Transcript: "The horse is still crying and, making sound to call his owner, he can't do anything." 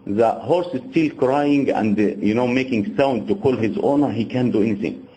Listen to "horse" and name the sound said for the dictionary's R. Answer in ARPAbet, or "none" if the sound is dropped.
R